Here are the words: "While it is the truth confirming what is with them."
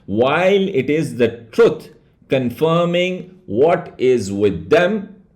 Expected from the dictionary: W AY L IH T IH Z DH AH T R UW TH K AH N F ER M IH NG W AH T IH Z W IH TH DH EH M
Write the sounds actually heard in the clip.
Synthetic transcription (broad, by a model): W AY L IH T IH Z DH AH T R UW T K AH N F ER M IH NG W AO T IH Z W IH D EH M